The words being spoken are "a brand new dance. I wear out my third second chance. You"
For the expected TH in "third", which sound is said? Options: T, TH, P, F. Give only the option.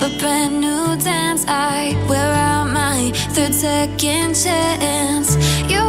TH